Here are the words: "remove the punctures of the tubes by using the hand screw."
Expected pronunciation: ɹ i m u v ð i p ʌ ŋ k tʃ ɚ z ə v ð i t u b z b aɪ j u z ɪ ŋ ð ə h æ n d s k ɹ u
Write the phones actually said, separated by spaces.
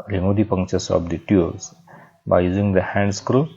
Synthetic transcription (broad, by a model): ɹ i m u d i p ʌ ŋ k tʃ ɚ s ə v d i t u z b aɪ j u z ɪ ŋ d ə h æ n d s k ɹ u